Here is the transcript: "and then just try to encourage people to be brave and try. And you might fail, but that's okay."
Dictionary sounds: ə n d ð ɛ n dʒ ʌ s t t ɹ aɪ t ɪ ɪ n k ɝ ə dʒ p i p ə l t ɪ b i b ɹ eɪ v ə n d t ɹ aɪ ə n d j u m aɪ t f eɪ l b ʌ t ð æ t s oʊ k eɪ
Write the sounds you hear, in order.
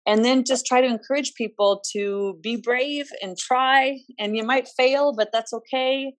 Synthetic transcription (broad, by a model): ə n ð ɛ n dʒ ʌ s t t ɹ aɪ t ɪ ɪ n k ɝ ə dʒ p i p l t ɪ b i b ɹ eɪ v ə n t ɹ aɪ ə n j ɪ m aɪ t f eɪ l b ʌ t ð æ t s oʊ k eɪ